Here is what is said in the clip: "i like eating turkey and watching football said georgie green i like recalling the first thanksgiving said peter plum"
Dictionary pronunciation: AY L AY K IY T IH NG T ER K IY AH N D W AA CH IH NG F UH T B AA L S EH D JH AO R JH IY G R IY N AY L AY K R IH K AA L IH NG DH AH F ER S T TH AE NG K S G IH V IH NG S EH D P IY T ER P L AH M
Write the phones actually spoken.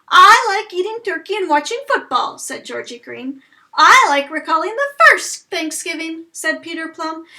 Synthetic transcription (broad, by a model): AY L AY K IY T IH NG T ER K IY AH N W AA CH IH NG F UH T B AA L S EH D JH AO R JH IY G R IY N AY L AY K R IH K AA L IH NG DH AH F ER S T TH AE NG K S G IH V IH NG S EH D P IY T ER P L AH M